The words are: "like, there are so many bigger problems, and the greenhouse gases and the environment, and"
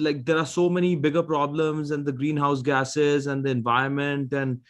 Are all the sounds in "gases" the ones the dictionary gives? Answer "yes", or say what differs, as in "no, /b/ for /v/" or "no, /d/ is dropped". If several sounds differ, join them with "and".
yes